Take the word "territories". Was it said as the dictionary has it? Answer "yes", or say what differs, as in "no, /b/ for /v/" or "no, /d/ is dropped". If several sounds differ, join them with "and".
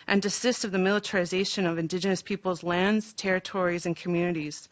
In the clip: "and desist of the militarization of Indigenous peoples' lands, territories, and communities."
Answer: yes